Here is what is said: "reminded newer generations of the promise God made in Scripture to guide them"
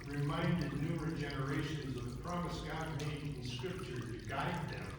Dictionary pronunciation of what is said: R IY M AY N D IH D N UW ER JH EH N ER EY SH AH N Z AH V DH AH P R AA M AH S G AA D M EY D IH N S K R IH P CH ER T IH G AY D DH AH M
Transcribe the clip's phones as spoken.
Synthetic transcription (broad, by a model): R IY M AY N D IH D N UW ER JH EH N ER EY SH AH N Z AH V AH P R AA M AH S G AA D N EY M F L S K R IH P CH ER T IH G AY D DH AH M